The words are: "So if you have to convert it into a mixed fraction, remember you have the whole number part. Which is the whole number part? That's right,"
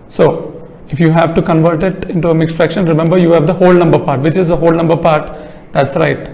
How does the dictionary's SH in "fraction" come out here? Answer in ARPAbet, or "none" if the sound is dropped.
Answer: SH